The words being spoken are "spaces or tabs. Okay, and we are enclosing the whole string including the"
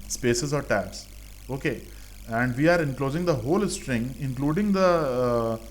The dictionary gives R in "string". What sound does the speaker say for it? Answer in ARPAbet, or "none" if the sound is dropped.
R